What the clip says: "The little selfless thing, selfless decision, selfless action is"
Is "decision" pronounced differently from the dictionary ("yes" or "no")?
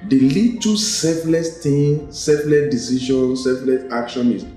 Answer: yes